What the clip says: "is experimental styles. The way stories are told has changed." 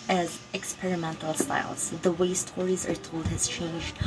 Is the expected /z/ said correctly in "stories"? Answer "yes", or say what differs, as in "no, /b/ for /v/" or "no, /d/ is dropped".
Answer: yes